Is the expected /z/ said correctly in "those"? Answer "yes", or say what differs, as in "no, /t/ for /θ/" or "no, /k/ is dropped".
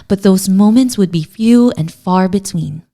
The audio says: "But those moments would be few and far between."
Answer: yes